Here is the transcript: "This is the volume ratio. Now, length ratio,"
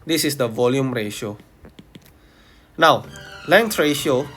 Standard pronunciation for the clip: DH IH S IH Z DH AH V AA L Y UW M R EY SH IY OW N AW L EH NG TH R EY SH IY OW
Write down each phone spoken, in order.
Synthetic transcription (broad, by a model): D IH S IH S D AH V AA L Y UW M R EY SH IY OW N AW L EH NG T R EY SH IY OW